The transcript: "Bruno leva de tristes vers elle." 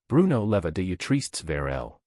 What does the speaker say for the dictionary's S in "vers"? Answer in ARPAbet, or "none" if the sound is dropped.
none